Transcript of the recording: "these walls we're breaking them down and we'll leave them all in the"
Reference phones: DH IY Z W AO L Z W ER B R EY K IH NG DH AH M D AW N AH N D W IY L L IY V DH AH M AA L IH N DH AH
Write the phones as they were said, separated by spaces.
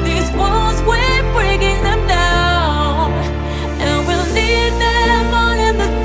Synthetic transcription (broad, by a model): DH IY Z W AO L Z W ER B R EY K IH NG DH AH M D AW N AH N W IY L N IY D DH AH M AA N IH N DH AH